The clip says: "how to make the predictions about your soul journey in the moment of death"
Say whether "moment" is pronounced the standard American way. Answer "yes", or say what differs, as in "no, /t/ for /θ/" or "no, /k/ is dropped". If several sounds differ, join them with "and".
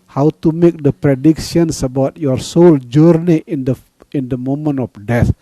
no, /t/ is dropped